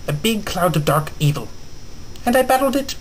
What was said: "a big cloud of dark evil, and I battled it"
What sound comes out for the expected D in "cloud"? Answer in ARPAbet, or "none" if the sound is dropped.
D